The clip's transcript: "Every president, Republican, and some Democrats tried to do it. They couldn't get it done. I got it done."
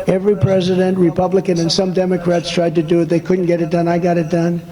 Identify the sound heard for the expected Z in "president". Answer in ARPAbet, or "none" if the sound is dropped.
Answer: Z